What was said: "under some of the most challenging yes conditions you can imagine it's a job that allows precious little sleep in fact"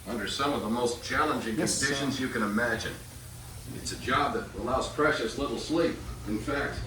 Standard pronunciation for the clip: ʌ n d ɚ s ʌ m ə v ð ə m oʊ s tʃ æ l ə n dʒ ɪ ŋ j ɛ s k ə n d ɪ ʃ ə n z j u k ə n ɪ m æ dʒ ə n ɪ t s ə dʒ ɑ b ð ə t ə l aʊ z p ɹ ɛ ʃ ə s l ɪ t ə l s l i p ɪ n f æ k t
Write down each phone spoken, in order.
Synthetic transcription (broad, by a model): ʌ n d ɚ s ʌ m ə v ð ə m oʊ s tʃ æ l ə n dʒ ɪ ŋ k ə n d ɪ ʃ ə n z j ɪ k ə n ɪ m æ dʒ ə n ɪ t s ə dʒ ɑ b ð ə t ə l aʊ z p ɹ ɛ ʃ ə s l ɪ t l s l i p ɪ n f æ k t